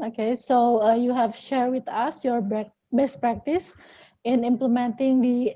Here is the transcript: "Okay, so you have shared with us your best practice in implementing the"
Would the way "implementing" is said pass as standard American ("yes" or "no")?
yes